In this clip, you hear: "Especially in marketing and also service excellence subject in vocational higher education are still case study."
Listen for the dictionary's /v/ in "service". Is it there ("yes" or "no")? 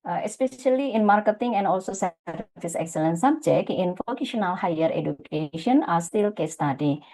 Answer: no